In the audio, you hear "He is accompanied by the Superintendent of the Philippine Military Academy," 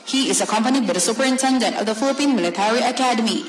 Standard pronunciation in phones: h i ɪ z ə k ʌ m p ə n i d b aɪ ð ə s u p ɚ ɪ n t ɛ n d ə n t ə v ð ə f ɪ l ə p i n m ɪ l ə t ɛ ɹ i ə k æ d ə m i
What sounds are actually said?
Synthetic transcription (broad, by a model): h i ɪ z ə k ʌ m p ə n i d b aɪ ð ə s u p ɚ ɪ n t ɛ n d ə n t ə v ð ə f ɪ l ə p i n m ɪ l ə t ɛ ɹ i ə k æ d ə m i